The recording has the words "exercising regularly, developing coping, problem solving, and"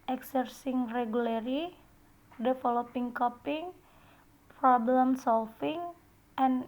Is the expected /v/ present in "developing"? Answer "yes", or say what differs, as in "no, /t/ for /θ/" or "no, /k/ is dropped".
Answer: no, /f/ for /v/